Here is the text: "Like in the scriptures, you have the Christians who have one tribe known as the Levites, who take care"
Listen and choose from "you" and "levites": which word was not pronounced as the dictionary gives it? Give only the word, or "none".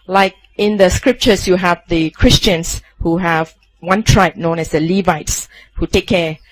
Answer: none